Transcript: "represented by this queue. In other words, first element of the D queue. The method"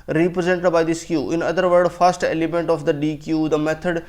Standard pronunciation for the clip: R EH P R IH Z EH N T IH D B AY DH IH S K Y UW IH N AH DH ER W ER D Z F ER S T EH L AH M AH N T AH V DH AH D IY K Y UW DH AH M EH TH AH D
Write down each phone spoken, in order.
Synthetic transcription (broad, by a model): R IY P R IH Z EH N T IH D B AY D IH S K Y UW IH N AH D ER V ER D F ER S T EH L AH M AH N T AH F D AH D IY K Y UW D AH M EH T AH D